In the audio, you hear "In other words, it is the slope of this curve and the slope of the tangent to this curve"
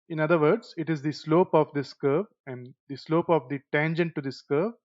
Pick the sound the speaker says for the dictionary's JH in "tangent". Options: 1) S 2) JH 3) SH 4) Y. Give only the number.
2